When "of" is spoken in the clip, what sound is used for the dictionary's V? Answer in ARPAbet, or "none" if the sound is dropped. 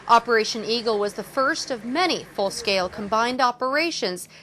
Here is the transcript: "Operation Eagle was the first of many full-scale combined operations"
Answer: V